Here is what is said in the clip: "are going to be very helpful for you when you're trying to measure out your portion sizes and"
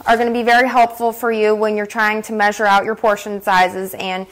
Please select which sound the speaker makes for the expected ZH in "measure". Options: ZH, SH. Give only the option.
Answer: ZH